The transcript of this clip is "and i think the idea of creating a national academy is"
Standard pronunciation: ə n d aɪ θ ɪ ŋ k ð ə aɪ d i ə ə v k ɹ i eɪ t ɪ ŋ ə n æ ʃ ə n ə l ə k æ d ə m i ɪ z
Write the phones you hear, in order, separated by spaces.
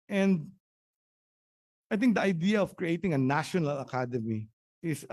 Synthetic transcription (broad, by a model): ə n d aɪ t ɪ ŋ k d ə aɪ d i ə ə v k ɹ i eɪ t ɪ ŋ ə n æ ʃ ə n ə l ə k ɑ d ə m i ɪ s